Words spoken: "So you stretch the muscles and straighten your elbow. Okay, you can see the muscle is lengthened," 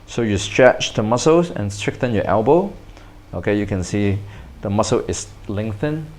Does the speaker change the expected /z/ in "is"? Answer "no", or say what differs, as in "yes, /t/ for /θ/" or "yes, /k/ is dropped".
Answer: yes, /s/ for /z/